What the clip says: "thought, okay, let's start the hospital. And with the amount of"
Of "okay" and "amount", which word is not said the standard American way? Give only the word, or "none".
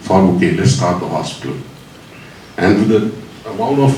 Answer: amount